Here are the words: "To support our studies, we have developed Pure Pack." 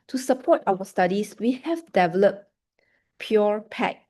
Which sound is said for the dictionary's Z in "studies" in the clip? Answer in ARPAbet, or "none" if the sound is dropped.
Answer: S